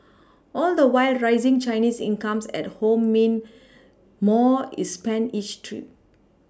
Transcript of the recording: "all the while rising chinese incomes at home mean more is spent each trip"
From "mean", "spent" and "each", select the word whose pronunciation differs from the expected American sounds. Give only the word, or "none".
spent